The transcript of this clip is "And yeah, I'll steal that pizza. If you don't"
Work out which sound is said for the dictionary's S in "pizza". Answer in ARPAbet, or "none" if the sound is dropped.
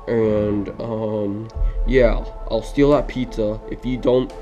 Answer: none